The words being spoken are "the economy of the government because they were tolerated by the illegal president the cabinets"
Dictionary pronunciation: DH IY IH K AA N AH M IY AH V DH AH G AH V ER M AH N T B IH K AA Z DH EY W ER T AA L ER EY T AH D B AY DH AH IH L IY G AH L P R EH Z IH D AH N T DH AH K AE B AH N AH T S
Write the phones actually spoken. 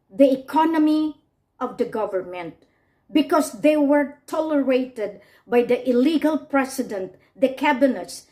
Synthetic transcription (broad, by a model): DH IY IH K AA N AH M IY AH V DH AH G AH V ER M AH N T B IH K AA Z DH EY W ER T AA L ER EY T AH D B AY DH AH IH L IY G AH L P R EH S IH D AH N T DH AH K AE B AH N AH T S